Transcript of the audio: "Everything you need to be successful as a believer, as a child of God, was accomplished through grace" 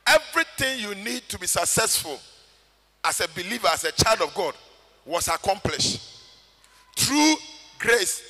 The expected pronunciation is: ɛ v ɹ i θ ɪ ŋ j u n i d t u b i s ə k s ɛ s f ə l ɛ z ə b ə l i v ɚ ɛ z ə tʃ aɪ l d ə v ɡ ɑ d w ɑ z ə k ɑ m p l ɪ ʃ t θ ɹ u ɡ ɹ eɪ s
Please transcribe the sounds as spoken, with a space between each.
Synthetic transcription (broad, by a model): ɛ v ɹ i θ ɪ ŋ j u n i d t u b i s ə k s ɛ s f ə l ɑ s ə b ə l i v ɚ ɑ s ə tʃ aɪ l d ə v ɡ ɑ d w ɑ s ə k ɑ m p l ɪ ʃ t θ ɹ u ɡ ɹ eɪ s